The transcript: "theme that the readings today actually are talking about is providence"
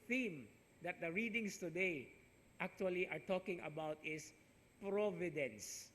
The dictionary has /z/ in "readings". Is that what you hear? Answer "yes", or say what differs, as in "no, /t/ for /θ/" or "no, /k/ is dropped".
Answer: no, /s/ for /z/